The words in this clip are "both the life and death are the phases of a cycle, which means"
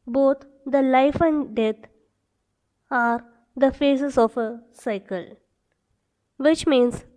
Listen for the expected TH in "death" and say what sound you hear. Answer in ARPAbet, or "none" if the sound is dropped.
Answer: T